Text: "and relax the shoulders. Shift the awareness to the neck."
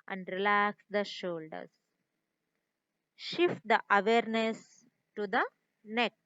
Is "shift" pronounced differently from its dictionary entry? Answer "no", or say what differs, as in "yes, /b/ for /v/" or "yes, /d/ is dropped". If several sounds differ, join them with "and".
no